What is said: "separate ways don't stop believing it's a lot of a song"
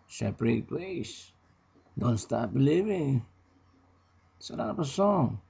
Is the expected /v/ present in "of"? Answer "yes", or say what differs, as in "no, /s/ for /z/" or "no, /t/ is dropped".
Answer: no, /p/ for /v/